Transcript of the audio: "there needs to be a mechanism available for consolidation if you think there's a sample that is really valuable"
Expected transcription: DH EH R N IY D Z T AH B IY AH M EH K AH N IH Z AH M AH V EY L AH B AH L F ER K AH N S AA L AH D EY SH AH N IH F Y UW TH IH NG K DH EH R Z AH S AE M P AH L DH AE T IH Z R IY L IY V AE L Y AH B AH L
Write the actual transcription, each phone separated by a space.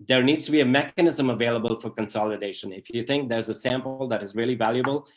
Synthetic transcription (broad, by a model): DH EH R N IY D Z T AH B IY AH M EH K AH N IH Z AH M AH V EY L AH B AH L F ER K AH N S AA L AH D EY SH AH N IH F Y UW TH IH NG K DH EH R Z AH S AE M P L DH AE T IH Z R IY L IY V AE L Y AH B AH L